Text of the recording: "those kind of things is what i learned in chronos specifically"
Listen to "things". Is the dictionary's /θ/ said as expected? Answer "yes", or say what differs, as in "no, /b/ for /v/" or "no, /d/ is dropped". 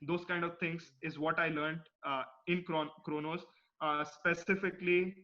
no, /t/ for /θ/